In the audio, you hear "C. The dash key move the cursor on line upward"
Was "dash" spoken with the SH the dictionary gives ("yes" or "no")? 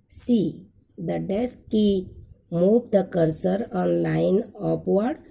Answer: no